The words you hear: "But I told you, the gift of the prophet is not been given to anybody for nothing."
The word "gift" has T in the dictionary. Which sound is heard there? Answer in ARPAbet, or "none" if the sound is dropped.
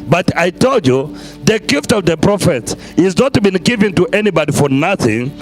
T